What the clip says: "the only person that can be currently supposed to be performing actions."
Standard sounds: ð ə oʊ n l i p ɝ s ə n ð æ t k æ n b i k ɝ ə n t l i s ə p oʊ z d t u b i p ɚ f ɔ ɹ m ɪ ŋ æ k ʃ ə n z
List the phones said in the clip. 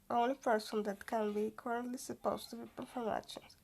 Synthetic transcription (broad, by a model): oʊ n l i p ɝ s ə n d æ t k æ n b i k ɝ ə n t l i s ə p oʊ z t u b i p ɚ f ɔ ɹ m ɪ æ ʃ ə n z